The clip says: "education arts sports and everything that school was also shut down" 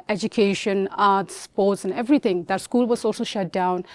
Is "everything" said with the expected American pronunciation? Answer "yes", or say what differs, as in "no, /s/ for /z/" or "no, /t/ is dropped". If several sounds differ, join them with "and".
no, /t/ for /θ/